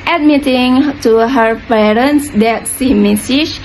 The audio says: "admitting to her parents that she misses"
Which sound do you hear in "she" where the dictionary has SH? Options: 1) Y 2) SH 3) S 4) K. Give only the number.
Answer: 3